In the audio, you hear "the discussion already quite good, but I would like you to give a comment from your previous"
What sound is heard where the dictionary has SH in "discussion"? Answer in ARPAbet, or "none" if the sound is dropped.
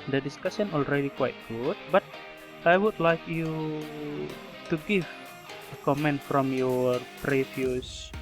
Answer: S